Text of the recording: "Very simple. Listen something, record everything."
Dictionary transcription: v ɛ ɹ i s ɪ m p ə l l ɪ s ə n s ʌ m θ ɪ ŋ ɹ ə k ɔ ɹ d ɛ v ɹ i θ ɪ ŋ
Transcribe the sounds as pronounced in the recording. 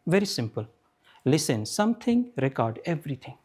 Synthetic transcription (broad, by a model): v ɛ ɹ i s ɪ m p ə l l ɪ s ə n s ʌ m t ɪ ŋ ɹ ə k ɔ ɹ d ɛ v ɹ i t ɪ ŋ